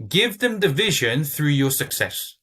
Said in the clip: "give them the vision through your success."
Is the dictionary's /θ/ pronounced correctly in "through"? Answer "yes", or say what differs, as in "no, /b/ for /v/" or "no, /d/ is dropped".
yes